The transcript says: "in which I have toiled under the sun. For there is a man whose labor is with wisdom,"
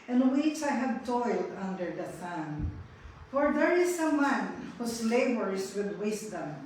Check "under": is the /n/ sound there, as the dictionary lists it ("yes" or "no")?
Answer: yes